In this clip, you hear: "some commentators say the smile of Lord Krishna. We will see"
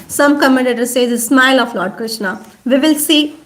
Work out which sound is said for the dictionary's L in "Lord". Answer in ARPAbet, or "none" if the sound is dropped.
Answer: L